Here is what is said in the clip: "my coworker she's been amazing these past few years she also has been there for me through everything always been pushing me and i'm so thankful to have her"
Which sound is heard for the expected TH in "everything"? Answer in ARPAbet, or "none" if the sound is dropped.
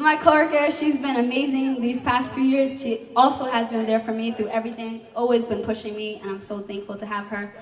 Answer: TH